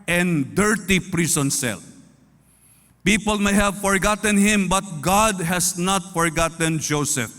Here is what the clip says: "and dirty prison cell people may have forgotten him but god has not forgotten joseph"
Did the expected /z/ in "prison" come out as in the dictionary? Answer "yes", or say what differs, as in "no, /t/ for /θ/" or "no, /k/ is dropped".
no, /s/ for /z/